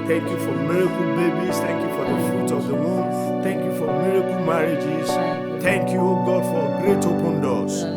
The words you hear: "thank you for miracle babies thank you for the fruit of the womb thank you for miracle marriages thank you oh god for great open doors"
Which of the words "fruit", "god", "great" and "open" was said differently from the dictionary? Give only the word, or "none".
fruit